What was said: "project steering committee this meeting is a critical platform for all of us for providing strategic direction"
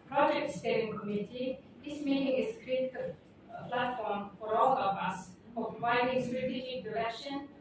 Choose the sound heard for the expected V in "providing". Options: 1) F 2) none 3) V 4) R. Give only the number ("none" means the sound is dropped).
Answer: 2